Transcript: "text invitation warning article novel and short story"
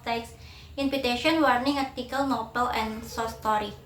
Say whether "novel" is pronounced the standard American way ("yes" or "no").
no